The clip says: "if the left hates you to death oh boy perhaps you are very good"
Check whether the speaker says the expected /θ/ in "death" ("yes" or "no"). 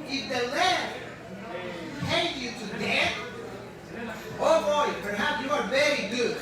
no